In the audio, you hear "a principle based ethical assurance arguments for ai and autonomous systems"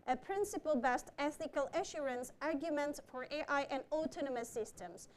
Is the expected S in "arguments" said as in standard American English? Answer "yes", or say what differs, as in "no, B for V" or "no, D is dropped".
yes